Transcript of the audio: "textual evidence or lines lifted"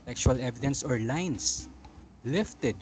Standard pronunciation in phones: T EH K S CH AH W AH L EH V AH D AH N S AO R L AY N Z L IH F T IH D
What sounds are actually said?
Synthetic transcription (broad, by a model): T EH K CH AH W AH L EH V AH D AH N S AO R L AY N S L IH F T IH D